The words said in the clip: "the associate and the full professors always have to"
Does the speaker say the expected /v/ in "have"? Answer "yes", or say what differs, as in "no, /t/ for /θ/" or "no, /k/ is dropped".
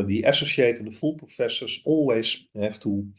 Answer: no, /f/ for /v/